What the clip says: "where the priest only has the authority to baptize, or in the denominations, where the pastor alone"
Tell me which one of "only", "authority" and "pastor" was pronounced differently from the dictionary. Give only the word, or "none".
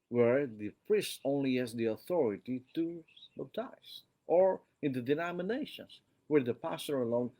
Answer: none